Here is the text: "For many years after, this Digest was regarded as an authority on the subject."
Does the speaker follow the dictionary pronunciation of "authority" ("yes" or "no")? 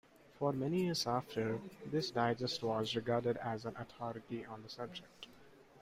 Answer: no